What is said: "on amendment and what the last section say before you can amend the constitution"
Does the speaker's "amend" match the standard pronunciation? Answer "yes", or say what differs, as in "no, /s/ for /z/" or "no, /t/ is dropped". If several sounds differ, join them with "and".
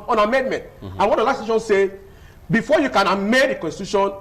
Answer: no, /n/ is dropped